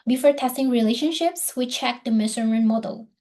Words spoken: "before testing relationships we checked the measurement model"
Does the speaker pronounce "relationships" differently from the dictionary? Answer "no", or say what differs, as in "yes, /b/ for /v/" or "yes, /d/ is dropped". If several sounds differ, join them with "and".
no